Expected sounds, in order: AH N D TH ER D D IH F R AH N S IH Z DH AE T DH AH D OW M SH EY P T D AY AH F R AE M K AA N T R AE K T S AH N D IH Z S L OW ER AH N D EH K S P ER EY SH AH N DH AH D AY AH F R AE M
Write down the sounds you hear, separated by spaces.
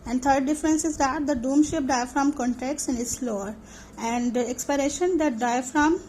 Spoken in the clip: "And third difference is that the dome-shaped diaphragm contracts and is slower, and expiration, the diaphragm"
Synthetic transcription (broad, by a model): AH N D T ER D D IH F R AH N S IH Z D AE T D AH D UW M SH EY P D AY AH F R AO M K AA N T EH K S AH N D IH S L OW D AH N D EH K S P ER EY SH AH N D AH D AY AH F R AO M